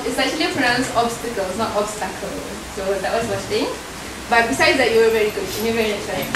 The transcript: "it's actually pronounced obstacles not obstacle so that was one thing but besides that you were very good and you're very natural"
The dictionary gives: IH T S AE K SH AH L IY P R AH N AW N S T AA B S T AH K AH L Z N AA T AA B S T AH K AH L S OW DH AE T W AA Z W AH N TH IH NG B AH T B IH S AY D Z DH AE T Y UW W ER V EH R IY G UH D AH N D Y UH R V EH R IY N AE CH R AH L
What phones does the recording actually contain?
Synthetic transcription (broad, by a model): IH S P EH SH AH L IY F R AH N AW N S AA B S T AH K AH L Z N AA T AA B S T AH K AH L S OW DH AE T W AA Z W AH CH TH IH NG B AH T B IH S AY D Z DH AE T Y UW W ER V EH R IY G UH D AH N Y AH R V EH R IY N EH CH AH